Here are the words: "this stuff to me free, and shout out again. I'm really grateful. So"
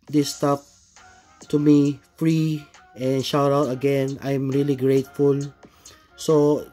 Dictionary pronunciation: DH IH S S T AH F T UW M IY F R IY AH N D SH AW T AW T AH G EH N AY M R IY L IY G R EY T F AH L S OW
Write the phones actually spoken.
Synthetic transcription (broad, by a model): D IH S S T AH P T UW M IY F R IY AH N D SH AW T AW T AH G EH N AY M R IY L IY G R EY T F AH L S OW